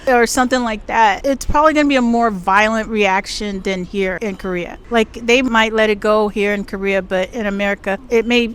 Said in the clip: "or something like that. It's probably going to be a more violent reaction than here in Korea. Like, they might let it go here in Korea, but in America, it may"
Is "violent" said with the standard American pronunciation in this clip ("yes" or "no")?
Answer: yes